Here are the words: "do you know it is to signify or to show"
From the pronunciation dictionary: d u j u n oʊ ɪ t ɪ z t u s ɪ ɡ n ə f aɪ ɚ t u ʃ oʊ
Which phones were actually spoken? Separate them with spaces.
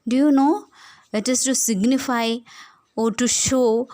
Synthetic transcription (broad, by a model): d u j u n oʊ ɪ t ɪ s t u s ɪ ɡ n ə f aɪ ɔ t u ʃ oʊ